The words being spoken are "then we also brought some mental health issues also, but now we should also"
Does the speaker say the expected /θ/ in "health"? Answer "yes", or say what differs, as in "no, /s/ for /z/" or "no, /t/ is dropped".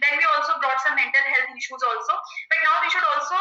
no, /t/ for /θ/